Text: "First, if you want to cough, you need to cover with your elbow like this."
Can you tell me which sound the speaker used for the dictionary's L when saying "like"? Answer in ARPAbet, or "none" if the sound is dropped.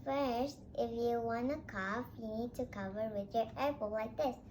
W